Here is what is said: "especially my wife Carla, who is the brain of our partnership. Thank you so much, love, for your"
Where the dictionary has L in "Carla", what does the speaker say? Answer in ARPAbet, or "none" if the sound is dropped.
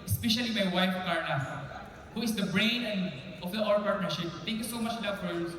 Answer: N